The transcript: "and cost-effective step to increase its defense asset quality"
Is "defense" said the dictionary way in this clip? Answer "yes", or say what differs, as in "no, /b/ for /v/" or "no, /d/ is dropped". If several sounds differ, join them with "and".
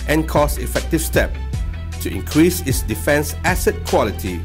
yes